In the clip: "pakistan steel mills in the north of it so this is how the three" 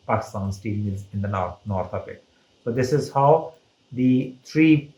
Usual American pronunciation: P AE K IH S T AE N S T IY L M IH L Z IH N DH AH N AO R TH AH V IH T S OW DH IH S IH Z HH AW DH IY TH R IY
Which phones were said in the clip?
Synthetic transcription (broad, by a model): P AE K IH S T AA N S T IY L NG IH Z IH N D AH N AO R T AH P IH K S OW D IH S IH Z HH AW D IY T R IY